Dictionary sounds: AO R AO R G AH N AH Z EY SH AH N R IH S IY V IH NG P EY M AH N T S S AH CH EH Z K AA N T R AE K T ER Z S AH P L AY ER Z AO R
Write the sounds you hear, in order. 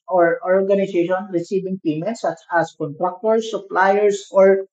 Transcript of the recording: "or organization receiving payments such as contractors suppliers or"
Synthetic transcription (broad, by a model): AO R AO R G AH N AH S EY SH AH N R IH S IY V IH NG P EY M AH N T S S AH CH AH S K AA N T R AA K T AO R S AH P L AY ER S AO R